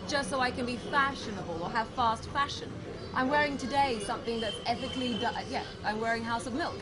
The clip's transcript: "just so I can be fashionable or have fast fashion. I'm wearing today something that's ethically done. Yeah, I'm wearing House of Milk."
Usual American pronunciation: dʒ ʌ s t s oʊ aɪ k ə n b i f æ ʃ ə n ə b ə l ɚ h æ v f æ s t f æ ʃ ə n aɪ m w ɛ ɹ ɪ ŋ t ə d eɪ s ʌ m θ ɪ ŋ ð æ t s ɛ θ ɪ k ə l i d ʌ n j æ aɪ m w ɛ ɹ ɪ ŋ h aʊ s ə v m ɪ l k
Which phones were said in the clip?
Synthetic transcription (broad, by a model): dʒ ʌ s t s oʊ aɪ k ə n b i f æ ʃ ə n ə b ə l ɚ h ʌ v f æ s t f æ ʃ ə n aɪ m w ɛ ɹ ɪ ŋ t ə d eɪ s ʌ m θ ɪ ŋ ð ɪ t s ɛ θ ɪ k l i d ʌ j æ aɪ m w ɛ ɹ ɪ ŋ h aʊ s ə v m ɪ l k